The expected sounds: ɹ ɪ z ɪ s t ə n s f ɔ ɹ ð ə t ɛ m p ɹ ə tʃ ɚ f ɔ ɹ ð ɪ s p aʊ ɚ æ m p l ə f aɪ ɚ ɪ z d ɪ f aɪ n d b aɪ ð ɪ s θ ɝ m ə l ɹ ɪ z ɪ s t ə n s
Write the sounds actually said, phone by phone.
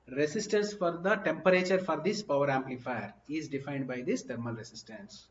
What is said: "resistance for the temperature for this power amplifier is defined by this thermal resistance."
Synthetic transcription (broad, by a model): ɹ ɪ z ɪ s t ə n s f ɔ ɹ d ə t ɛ m p ɹ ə tʃ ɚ f ɔ ɹ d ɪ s p aʊ ɚ æ m p l ə f aɪ ɚ ɪ z d ɪ f aɪ n d b aɪ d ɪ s t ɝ m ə l ɹ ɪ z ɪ s t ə n s